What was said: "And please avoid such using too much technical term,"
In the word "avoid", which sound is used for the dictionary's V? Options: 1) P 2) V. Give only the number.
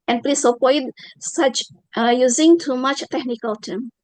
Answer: 1